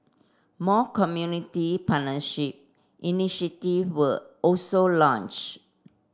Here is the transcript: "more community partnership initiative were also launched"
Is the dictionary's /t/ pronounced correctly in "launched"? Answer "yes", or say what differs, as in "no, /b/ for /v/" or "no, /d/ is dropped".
no, /t/ is dropped